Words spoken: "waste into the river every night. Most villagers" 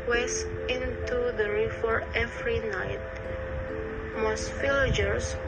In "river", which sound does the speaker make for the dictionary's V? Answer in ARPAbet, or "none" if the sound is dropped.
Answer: F